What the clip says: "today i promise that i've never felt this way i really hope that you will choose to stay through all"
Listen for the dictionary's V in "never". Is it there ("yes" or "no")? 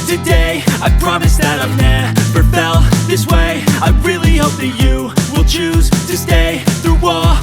no